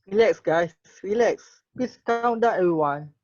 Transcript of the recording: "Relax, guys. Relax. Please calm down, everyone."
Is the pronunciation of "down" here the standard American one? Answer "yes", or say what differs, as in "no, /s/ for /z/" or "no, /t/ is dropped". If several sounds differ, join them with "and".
no, /n/ is dropped